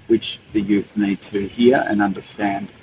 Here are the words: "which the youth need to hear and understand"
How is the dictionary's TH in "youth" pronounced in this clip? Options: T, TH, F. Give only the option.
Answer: TH